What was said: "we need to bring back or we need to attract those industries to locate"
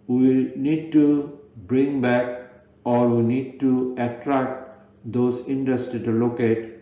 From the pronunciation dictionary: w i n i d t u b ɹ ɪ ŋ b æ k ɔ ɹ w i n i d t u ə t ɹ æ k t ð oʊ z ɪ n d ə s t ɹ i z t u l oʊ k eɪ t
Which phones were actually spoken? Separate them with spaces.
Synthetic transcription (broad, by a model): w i n i d t u b ɹ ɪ ŋ b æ k ɔ ɹ w i n i d t u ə t ɹ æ k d oʊ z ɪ n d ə s t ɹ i t u l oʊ k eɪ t